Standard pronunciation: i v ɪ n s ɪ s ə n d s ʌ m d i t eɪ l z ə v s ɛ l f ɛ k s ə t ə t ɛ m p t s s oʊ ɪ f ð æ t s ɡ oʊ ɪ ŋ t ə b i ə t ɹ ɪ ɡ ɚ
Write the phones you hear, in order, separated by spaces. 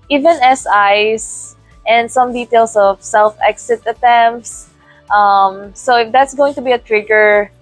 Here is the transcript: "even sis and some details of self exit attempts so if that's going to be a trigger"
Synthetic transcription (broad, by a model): i v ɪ n s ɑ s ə n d s ʌ m d i t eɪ l s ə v s ɛ l f ɛ k s ə t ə t ɛ m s t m s oʊ ɪ f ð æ t s ɡ oʊ ɪ ŋ t ə b i ə t ɹ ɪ ɡ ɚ